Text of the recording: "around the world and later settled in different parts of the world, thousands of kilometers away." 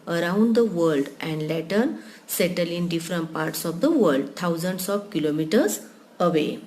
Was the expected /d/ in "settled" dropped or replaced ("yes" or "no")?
yes